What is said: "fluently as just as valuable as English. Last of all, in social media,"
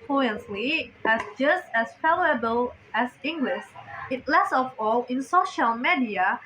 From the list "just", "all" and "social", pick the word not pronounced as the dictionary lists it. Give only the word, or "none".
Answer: none